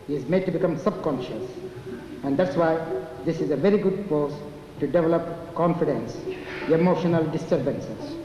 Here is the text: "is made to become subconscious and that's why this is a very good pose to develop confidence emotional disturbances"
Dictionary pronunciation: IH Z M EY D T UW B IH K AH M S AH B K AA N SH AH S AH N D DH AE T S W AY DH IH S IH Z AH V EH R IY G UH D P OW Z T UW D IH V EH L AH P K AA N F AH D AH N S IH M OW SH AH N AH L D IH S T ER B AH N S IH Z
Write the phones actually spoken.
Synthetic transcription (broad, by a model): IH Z M EY D T UW B IH K AH M S AH B K AA N SH AH S AH N D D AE T S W AY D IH S IH Z AH V EH R IY G UH D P OW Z T UW D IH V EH L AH P K AA N F AH D AH N S IH M OW SH AH N AH L D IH S T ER B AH N S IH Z